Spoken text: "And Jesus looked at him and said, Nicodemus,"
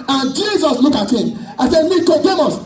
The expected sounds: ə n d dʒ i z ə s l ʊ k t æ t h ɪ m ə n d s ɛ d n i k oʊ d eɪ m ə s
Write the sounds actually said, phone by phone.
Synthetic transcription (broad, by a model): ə n dʒ i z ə s l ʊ k ɑ t h ɪ m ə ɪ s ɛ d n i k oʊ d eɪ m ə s